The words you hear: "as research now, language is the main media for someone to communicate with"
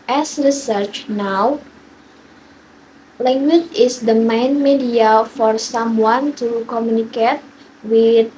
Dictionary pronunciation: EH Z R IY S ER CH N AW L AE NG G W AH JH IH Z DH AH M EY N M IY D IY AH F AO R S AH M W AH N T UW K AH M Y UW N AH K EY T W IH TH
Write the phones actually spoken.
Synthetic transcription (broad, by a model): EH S R IY S ER CH N AW L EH NG G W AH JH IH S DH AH M EY N M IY D IY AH F AO R S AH M W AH N T UW K AH M Y UW N AH K EY T W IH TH